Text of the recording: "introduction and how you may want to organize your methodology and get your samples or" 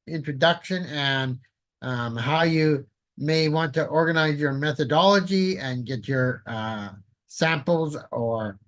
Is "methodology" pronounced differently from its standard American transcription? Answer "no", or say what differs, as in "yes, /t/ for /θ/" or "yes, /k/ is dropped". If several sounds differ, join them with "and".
no